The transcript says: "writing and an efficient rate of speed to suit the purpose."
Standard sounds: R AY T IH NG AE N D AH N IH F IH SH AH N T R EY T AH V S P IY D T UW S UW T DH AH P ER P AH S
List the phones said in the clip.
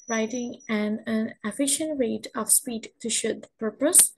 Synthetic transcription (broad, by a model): R AY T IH NG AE N AH N IH F IH SH AH N T R EY T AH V S P IY D T UW SH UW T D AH P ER P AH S